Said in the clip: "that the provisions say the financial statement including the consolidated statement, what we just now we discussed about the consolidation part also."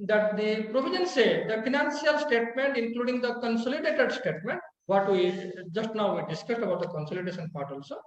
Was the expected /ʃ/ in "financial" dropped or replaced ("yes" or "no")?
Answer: yes